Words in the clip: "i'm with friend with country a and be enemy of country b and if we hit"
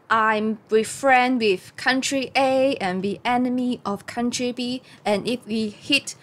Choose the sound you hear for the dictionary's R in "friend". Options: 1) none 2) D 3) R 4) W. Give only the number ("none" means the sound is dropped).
3